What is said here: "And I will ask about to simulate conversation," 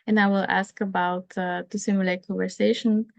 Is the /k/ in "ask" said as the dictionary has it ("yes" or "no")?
yes